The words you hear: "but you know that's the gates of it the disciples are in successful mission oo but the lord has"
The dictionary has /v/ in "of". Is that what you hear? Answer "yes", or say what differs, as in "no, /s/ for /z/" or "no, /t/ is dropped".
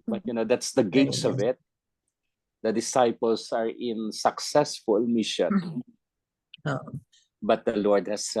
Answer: yes